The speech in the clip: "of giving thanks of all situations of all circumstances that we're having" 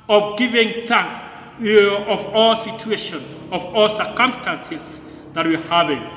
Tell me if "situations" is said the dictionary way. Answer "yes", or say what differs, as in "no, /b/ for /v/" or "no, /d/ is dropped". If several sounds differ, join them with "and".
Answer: no, /z/ is dropped